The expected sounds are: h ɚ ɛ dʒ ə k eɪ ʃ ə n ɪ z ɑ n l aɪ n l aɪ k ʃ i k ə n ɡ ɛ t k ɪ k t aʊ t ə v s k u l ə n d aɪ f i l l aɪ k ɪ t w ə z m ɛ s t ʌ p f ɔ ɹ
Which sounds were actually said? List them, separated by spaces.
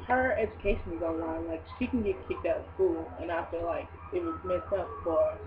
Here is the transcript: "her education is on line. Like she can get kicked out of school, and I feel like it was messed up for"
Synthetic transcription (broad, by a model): h ɚ ɛ dʒ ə k eɪ ʃ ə n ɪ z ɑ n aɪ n l aɪ k ʃ i k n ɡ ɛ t k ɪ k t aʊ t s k u l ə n aɪ f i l l aɪ k ɪ t w ə z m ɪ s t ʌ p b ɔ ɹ